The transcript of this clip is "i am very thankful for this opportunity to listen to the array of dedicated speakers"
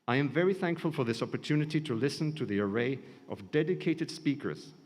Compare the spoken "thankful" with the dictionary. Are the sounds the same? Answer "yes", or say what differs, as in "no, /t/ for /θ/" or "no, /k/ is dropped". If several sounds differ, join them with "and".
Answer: yes